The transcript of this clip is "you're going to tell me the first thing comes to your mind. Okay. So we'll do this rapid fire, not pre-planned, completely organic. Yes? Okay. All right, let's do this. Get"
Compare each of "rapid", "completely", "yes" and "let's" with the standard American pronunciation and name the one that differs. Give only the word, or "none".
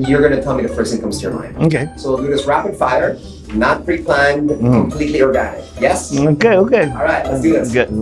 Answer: let's